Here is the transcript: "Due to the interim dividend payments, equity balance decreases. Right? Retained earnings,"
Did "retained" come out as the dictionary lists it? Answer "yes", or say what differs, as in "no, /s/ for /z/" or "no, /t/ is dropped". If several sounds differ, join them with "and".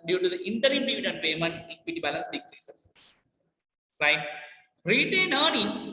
no, /d/ is dropped